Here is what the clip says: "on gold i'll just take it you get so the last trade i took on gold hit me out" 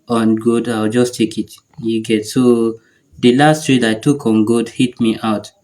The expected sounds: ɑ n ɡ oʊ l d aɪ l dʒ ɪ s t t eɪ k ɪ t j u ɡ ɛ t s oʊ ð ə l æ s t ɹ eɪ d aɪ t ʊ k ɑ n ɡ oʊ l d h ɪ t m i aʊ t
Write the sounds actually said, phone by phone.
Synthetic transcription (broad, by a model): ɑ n ɡ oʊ d aɪ w dʒ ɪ s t t eɪ k ɪ t j u ɡ ɛ t s oʊ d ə l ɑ s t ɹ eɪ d aɪ t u k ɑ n ɡ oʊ d h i t m i aʊ t